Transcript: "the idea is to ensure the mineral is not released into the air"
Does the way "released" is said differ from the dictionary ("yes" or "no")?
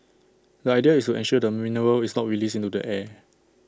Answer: yes